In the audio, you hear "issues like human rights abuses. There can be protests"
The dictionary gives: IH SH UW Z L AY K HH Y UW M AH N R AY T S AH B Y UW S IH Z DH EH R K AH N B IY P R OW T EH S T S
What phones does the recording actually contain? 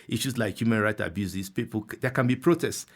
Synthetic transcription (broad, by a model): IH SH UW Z L AY K HH Y UW M AH N R AY T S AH B Y UW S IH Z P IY L K AH N B IY P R OW T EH S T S